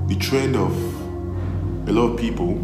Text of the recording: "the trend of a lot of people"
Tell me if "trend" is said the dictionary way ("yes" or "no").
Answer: yes